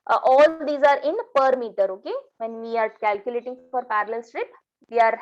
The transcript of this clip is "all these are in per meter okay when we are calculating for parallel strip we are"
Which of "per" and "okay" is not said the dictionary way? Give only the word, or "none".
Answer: none